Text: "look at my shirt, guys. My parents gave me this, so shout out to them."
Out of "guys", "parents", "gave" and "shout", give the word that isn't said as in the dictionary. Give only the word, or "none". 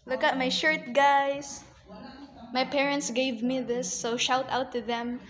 guys